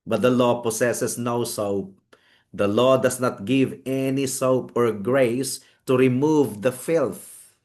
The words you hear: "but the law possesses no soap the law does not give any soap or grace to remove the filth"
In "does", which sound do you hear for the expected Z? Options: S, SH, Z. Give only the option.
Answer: S